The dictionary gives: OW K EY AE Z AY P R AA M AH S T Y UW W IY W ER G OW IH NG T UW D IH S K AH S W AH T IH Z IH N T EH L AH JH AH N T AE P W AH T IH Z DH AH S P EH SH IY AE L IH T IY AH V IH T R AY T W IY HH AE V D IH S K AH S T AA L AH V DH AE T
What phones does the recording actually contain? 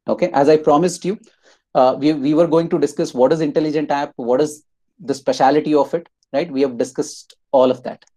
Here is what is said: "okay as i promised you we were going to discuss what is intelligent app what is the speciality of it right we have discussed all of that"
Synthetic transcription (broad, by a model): OW K EY AE Z AY P R AA M AH S T Y UW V IY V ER G OW IH NG T UW D IH S K AH S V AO T IH Z IH N T EH L AH JH AH N T AE P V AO T IH Z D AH S P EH SH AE L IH T IY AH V IH T R AY T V IY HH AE V D IH S K AH S T AA L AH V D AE T